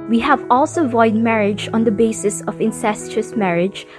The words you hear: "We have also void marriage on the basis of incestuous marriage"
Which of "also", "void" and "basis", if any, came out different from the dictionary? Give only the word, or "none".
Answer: none